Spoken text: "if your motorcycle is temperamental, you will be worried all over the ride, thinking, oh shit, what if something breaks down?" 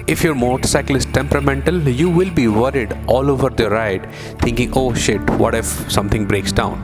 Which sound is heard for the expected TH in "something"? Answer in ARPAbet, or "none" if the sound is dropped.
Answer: T